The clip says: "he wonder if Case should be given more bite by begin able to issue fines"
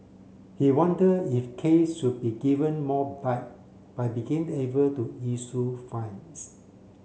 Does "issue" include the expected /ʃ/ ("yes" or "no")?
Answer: no